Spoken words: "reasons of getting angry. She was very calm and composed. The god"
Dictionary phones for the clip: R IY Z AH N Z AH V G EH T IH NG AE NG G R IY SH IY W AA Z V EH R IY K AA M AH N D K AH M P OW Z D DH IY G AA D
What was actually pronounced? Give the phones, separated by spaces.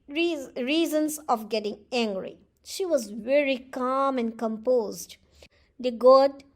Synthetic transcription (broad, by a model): R IY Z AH N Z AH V G EH T IH NG AE NG G R IY SH IY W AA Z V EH R IY K AA M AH N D K AH M P OW Z D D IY G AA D